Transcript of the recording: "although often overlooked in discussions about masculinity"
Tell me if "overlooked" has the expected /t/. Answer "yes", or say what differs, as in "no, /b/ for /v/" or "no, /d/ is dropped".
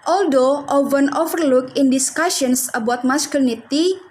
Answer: no, /t/ is dropped